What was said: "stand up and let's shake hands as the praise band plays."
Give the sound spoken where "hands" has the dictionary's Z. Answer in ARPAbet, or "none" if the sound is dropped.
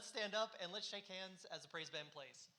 Z